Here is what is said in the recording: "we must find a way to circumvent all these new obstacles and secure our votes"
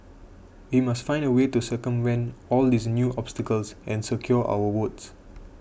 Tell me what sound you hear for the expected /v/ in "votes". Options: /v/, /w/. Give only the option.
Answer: /w/